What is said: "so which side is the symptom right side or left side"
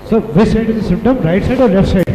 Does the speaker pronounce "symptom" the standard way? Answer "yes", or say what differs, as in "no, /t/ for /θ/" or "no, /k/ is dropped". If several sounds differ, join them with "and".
no, /p/ is dropped